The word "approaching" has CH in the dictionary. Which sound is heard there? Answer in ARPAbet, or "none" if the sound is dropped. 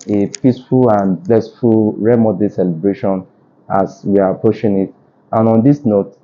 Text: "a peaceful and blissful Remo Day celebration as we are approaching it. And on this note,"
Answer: SH